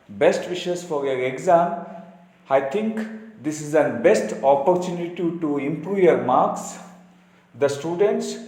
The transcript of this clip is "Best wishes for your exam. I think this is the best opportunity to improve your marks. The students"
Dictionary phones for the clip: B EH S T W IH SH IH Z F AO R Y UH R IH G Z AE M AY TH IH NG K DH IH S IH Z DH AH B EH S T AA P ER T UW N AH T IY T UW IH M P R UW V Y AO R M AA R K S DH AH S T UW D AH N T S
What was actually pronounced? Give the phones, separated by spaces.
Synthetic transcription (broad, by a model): B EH S T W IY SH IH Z F AO R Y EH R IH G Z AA M AY T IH NG K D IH S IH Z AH B EH S T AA P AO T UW N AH T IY T UW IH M P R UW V Y AO R M AA R K S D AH S T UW D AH N T S